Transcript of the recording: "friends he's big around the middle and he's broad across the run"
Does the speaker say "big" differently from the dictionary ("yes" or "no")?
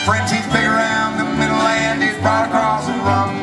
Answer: yes